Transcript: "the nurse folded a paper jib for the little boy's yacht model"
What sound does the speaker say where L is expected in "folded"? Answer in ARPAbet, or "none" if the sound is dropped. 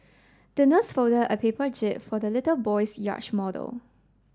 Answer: none